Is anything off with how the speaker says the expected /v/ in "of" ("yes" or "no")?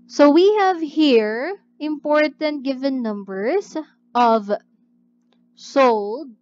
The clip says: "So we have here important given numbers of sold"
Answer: no